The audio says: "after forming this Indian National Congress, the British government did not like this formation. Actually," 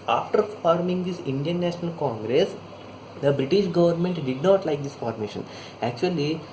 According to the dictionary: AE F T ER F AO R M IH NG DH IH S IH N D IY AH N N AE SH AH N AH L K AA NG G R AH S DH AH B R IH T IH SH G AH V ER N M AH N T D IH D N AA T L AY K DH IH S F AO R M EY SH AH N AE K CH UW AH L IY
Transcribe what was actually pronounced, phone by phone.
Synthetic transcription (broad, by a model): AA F T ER F AO R M IH NG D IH S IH N D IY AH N N AE SH AH N AH L K AA NG G R AH S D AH B R IH T IH SH G AH V ER N M AH N T D IH D N AA T L AY K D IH S F AO R M EY SH AH N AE K CH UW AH L IY